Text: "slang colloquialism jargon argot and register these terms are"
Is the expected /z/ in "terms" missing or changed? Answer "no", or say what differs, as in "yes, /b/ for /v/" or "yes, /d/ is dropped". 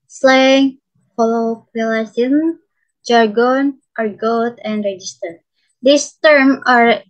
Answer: yes, /z/ is dropped